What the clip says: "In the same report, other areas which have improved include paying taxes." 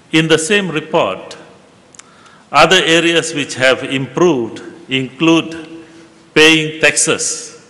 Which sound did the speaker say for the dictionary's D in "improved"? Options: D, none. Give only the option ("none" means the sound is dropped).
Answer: D